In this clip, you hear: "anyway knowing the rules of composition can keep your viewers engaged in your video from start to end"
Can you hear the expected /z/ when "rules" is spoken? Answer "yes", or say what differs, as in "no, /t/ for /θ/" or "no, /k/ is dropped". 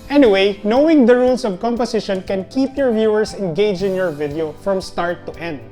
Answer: no, /s/ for /z/